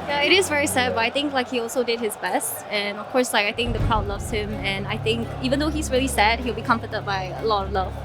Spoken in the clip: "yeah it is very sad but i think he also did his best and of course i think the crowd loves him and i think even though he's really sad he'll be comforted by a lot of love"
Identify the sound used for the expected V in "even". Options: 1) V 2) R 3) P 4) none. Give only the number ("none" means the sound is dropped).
1